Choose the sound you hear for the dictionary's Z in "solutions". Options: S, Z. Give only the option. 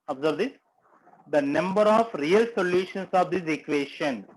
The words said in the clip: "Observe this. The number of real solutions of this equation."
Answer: S